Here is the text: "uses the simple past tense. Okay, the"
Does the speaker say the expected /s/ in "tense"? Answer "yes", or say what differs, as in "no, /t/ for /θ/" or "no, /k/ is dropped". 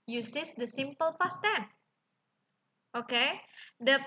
no, /s/ is dropped